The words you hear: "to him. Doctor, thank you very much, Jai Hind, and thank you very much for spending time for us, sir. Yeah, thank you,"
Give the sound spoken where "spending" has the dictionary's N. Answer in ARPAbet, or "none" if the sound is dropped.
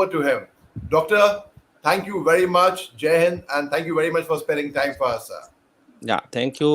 none